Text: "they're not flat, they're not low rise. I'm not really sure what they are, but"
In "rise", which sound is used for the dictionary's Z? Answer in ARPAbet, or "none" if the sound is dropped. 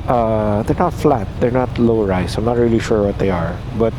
S